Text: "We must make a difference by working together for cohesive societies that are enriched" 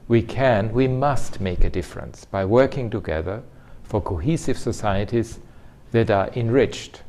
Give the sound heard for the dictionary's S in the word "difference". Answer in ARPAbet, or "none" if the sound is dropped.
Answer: S